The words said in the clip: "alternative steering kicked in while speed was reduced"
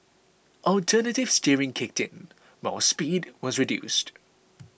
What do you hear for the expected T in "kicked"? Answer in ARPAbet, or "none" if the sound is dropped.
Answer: T